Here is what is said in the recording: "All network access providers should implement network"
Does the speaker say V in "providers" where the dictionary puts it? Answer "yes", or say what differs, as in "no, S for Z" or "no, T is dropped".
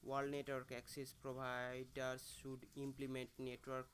no, B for V